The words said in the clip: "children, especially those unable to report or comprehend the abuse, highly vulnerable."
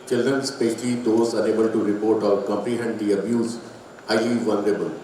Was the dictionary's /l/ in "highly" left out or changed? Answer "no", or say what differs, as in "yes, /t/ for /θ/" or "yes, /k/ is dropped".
yes, /l/ is dropped